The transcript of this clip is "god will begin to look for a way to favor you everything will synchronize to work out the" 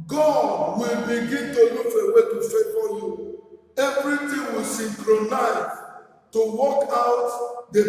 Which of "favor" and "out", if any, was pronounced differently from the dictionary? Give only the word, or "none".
favor